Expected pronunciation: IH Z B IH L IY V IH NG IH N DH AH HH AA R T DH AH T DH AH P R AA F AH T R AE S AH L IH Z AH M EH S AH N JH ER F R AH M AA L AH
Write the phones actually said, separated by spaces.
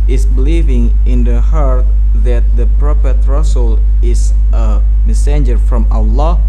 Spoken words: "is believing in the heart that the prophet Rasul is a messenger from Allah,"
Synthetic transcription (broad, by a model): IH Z B IH L IY V IH NG IH N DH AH HH AA R T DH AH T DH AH P R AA P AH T R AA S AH L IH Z AH M EH S AH N JH ER F R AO M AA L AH